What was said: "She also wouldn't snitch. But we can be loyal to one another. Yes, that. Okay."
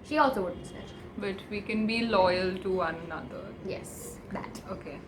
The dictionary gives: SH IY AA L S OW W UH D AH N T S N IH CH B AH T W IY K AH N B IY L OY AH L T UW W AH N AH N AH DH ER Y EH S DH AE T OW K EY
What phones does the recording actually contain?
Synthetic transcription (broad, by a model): SH IY AA L S OW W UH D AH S IH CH B AH T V IY K AH N B IY L OY AH L T UW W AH N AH N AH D ER Y EH S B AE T OW K EY